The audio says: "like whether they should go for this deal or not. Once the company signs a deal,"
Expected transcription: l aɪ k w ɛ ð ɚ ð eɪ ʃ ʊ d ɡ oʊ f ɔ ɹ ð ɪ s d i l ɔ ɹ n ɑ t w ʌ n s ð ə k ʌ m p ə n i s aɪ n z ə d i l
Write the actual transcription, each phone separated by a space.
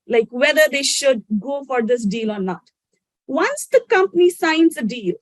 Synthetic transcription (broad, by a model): l aɪ k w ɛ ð ɚ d eɪ ʃ ʊ d ɡ oʊ f ɔ ɹ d ɪ s d i l ɔ ɹ n ɑ t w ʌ n s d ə k ʌ m p ə n i s aɪ n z ə d i l